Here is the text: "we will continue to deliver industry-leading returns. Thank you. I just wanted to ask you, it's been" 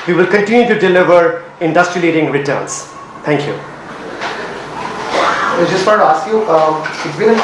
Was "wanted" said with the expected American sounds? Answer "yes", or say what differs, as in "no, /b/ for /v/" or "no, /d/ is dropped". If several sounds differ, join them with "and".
no, /n/ is dropped